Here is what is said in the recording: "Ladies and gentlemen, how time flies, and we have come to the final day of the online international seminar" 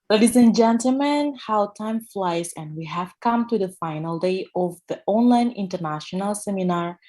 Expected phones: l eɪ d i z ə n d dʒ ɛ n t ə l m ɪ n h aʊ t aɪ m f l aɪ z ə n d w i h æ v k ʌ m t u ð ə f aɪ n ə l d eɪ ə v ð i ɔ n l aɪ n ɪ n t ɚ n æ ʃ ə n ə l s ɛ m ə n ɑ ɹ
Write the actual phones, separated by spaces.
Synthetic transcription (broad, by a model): l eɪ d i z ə n dʒ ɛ n t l m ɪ n h aʊ t aɪ m f l aɪ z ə n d w i h æ v k ʌ m t u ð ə f aɪ n ə l d eɪ ə v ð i ɔ n l aɪ n ɪ n t ɚ n æ ʃ ə n ə l s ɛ m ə n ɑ ɹ